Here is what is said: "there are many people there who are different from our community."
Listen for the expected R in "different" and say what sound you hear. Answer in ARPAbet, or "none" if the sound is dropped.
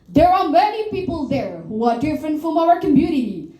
R